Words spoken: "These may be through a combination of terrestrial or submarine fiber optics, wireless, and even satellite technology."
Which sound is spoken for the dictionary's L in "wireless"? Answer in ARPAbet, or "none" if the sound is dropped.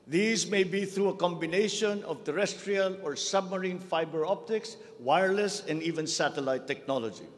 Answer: L